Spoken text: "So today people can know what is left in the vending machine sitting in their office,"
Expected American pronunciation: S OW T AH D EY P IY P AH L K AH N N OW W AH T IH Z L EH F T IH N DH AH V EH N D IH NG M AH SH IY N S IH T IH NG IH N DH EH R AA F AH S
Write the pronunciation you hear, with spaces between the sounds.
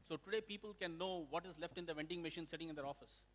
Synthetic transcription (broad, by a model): S OW T AH D EY P IY P AH L K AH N N OW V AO T IH Z L EH F T IH N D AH V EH N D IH NG M AH SH IY N S IH T IH NG IH N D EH R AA F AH S